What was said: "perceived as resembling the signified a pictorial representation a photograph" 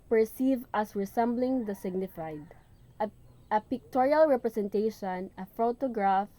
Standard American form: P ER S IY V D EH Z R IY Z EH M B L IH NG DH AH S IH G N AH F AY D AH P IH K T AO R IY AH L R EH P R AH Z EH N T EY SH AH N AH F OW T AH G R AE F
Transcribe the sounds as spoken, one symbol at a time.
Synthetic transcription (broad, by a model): P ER S IY V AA S R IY S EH M B L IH NG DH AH S IH G N AH F AY D AH P IH K T AO R IY AH L R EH P R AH S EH N T EY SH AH N AH F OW T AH G R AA F